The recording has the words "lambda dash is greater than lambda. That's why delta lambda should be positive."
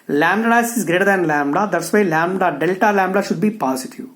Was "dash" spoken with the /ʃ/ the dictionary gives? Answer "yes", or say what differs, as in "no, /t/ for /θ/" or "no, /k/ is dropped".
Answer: no, /s/ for /ʃ/